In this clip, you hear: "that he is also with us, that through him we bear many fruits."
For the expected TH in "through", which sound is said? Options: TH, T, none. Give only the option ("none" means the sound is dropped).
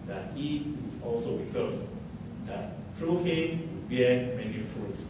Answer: T